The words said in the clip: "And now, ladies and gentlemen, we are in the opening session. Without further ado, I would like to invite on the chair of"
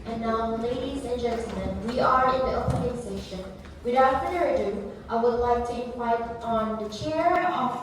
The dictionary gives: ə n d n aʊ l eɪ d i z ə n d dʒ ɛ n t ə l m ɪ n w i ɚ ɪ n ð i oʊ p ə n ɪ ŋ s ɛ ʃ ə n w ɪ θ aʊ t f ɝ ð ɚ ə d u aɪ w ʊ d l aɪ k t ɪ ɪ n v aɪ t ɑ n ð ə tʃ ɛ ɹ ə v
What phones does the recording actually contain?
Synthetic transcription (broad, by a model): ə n n aʊ l eɪ d i z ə n dʒ ɛ n t l m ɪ n w i ɚ ɪ n ð i oʊ p ə n ɪ ŋ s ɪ ʃ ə n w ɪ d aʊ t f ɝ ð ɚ ə d u aɪ w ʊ d l aɪ k t ɪ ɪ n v aɪ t n ð ə tʃ ɛ ɹ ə